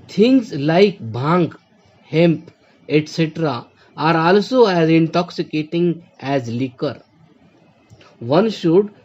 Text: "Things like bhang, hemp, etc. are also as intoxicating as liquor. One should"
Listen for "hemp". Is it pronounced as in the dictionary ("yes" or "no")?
yes